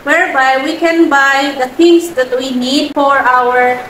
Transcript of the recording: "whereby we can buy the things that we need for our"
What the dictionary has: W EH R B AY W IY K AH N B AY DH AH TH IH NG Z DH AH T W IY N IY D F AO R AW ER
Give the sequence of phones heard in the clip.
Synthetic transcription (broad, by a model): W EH R B AY W IY K AH N B AY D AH T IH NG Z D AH T W IY N IY D F AO R AW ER